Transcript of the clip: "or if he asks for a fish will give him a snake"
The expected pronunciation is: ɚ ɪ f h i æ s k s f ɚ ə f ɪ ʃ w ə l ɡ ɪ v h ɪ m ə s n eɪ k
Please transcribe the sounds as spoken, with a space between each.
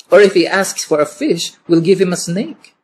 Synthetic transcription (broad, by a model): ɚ ɪ f h i æ s k s f ɚ ə f ɪ ʃ w ə l ɡ ɪ v h ɪ m ə s n eɪ k